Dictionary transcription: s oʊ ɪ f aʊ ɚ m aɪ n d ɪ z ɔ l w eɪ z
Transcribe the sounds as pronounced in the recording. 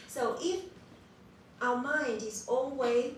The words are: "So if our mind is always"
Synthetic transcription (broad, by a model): s oʊ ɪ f aʊ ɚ m aɪ n d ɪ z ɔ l w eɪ